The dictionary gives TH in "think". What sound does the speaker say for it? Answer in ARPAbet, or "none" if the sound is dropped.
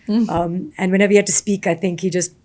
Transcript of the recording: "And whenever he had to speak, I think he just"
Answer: TH